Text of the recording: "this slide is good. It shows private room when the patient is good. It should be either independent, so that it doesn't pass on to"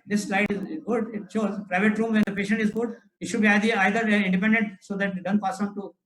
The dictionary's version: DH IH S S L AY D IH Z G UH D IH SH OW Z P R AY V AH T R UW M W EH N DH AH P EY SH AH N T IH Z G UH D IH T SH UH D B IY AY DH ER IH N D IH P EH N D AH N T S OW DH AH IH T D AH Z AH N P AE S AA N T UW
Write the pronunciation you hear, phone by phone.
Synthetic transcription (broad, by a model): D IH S S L AY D IH Z G UH D IH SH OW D P R AY V AH T R UW M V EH N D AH P EY SH AH N T IH Z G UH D IH T SH UH D B IY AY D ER IH N D IH P EH N D AH N T S OW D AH T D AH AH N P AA S AA N T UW